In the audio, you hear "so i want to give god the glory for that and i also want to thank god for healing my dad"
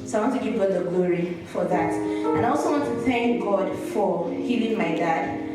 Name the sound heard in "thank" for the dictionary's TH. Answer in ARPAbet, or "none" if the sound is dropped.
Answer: TH